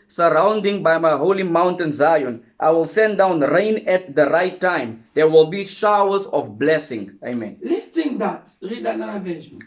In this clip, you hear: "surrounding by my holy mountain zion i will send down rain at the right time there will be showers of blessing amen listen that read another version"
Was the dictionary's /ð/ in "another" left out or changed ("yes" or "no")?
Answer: yes